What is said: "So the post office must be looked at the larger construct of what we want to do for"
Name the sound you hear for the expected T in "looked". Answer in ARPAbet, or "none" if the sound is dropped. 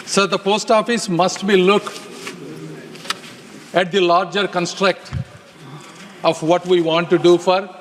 none